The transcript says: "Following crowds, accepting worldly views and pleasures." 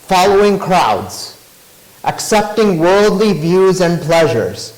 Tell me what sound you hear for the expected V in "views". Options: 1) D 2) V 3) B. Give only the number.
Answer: 2